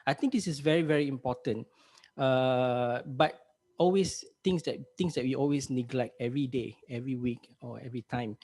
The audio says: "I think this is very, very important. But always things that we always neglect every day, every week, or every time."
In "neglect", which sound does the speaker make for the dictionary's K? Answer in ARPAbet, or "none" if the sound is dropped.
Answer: K